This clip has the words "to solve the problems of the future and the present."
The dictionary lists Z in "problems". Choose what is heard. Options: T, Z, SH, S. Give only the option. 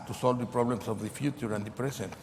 S